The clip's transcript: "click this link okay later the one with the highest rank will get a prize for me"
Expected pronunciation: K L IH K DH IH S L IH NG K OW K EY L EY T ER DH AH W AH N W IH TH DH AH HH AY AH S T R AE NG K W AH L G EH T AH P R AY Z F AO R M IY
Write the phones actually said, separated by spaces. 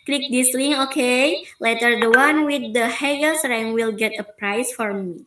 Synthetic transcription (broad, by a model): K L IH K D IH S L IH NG OW K EY L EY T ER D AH W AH N W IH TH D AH HH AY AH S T R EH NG W AH L G EH T AH P R AY S F AO R M IY